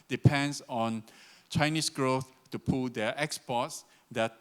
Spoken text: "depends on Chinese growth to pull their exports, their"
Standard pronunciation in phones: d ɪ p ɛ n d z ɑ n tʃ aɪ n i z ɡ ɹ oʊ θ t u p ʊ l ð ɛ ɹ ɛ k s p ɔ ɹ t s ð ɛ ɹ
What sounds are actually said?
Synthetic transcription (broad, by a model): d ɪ p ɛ n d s ɑ n tʃ aɪ n i s ɡ ɹ oʊ θ t u p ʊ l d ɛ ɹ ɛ k s p ɔ t s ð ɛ